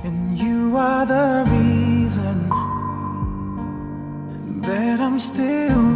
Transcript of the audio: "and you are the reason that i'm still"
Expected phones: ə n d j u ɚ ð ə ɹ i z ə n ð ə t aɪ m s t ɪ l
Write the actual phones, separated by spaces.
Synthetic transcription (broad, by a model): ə n j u ɚ ð ə ɹ i z ə n ð ə t aɪ m s t ɪ l